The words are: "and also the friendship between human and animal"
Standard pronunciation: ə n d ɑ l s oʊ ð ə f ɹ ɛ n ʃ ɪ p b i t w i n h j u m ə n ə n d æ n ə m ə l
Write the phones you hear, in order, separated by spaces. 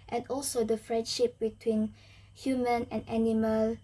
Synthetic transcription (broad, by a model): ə n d ɑ l s oʊ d ə f ɹ ɛ n ʃ ɪ p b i t w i n h j u m ə n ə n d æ n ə m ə l